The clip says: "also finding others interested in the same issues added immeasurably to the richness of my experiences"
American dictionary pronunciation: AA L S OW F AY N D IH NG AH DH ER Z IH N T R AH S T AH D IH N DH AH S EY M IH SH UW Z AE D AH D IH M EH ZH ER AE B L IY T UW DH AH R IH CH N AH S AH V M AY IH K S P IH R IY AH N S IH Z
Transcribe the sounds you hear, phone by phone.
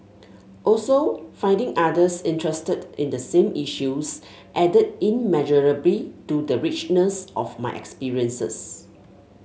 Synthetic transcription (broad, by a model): AA L S OW F AY N D IH NG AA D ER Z IH N T R AH S T AH D IH N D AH S EY M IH SH UW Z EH D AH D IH M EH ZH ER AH B L IY T UW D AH R IH CH N AH S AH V M AY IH K S P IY R IY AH N S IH S